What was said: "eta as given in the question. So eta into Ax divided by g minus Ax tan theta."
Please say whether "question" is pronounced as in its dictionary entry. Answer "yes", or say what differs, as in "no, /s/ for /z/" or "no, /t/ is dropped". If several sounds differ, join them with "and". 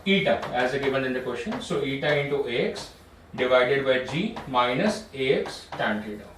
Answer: no, /ʃ/ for /tʃ/